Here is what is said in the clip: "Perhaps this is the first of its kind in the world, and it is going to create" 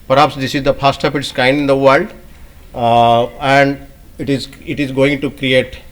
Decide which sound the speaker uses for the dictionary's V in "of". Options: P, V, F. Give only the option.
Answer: P